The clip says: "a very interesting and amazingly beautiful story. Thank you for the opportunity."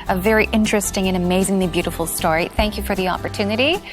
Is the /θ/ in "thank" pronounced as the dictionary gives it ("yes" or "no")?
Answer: yes